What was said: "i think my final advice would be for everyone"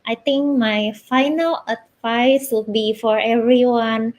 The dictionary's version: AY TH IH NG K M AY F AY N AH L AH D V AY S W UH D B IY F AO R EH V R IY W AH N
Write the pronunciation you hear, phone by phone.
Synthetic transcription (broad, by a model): AY T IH NG K M AY F AY N AH L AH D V AY S W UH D B IY F AO R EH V R IY W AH N